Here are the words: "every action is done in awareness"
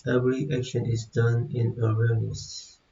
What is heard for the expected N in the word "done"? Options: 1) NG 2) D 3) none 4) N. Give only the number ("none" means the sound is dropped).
4